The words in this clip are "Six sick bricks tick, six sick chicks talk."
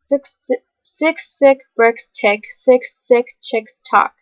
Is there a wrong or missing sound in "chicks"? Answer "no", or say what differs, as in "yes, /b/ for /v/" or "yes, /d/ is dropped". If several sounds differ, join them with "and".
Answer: no